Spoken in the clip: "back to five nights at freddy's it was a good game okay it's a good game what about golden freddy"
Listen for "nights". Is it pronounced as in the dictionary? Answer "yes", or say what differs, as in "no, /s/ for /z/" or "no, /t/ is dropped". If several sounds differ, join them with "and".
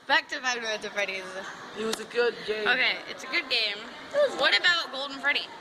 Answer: no, /s/ is dropped